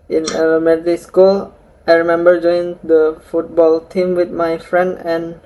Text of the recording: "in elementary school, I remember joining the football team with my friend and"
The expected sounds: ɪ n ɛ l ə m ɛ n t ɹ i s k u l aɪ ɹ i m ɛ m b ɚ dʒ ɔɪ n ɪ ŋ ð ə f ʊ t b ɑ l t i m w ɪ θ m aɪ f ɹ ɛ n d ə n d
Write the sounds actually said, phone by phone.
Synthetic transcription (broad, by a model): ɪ n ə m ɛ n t i s k u l aɪ ɹ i m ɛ m b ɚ dʒ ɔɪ ɪ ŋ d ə f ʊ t b ɑ l t i m w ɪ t m aɪ f ɹ ɛ n d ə n